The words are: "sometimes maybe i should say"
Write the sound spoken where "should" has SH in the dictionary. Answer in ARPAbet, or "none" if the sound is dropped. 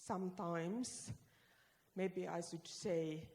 S